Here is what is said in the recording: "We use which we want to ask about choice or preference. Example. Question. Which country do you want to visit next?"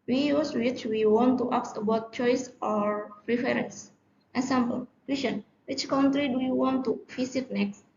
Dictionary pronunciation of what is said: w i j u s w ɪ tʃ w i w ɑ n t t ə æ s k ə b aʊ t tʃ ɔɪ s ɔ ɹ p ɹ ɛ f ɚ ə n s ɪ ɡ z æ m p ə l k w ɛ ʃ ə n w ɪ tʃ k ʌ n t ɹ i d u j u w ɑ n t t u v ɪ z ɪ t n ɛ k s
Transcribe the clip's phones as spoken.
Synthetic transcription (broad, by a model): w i j u s w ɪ tʃ w i w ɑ n t t ə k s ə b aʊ t tʃ ɔɪ s ɔ ɹ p ɹ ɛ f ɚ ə n s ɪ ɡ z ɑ m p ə l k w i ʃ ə n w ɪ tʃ k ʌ n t ɹ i d u j u w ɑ n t t u f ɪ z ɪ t n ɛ k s